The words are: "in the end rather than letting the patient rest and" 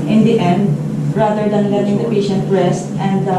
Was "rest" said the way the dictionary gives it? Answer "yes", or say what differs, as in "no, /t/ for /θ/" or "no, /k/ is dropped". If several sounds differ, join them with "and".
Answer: yes